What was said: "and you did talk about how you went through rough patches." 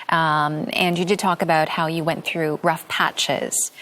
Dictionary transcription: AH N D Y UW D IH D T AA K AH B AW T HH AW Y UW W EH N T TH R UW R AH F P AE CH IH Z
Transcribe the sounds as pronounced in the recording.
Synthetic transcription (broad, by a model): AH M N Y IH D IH D T AA K AH B AW T HH AW Y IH W EH N TH R UW R AH F P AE CH IH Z